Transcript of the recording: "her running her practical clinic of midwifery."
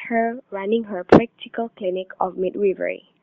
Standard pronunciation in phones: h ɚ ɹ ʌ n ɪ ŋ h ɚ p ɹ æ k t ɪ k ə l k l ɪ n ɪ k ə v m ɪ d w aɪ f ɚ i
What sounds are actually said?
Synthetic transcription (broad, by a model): h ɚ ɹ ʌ n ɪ ŋ h ɚ p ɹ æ k t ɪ k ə l k l ɪ n ɪ k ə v m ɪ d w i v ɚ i